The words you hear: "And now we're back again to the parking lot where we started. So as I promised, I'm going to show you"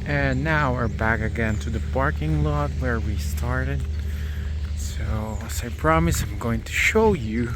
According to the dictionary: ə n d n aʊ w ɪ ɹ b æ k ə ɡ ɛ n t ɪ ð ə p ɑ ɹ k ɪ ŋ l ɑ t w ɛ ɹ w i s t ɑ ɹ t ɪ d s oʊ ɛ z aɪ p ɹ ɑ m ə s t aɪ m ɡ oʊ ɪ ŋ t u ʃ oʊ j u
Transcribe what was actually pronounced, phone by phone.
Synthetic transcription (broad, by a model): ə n n aʊ w ɪ ɹ b æ k ə ɡ ɛ n t ɪ ð ə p ɑ ɹ k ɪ ŋ l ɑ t w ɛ ɹ w i s t ɑ ɹ t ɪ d s oʊ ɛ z aɪ p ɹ ɑ m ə s aɪ m ɡ oʊ ɪ ŋ t u ʃ oʊ j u